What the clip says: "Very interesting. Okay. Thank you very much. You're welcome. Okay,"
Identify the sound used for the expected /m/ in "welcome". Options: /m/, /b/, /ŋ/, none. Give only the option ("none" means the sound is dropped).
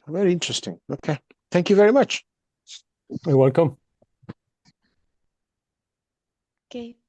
/m/